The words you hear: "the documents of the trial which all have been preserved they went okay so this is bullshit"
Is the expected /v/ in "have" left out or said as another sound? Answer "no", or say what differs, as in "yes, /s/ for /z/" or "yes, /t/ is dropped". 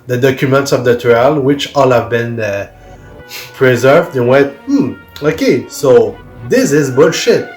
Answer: no